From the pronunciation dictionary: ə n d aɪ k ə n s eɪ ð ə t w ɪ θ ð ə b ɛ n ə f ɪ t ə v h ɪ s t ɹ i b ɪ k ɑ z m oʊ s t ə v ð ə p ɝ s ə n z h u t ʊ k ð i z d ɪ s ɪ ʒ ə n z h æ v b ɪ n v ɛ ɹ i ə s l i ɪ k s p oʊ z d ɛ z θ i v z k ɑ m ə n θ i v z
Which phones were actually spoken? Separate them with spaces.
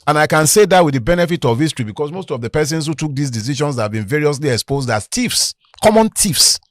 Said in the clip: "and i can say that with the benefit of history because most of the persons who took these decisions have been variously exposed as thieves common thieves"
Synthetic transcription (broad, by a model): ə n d aɪ k ə n s eɪ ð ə t w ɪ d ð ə b ɛ n ə f ɪ t ə v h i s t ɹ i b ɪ k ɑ s m oʊ s t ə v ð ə p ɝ s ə n s h u t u k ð i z d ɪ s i ʃ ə n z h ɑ v b ɪ n v ɛ ɹ i ə s l i ɪ k s p oʊ z d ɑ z t i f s k ɑ m ə n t i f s